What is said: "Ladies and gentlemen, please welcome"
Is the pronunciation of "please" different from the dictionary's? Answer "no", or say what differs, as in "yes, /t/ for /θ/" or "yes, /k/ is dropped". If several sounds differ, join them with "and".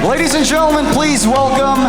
no